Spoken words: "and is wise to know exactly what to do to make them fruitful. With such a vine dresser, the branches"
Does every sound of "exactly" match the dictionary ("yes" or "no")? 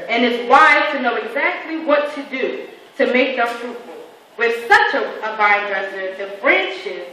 yes